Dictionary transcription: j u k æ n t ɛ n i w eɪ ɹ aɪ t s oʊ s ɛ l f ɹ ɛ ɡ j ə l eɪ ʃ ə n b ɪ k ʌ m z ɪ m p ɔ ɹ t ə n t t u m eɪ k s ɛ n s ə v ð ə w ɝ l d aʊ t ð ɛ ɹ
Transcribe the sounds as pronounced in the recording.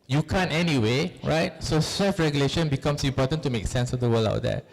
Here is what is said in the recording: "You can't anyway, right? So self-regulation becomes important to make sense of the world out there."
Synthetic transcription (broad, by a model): j u k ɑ n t ɛ n i w eɪ ɹ aɪ t s oʊ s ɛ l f ɹ ɛ ɡ j ə l eɪ ʃ ə n b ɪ k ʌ m s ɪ m p ɔ t ə n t t u m eɪ k s ɛ n s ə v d ə w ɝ l aʊ t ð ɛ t